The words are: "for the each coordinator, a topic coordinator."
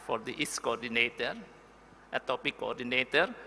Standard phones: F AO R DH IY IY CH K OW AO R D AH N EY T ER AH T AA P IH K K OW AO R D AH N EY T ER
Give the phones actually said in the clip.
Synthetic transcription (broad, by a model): F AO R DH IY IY S K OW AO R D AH N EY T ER AH T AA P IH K K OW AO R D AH N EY T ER